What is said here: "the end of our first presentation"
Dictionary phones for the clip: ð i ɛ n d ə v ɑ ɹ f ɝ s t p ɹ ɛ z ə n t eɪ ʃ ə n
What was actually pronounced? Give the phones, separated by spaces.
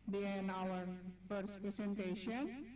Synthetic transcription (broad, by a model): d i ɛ n ə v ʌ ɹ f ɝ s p ɹ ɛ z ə n t eɪ ʃ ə n